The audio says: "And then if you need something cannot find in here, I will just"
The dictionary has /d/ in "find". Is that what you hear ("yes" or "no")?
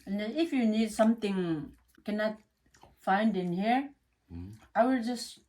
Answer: yes